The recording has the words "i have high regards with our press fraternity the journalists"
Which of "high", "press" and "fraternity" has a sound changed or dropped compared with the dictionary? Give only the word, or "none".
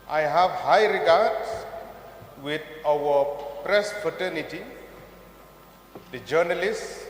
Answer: fraternity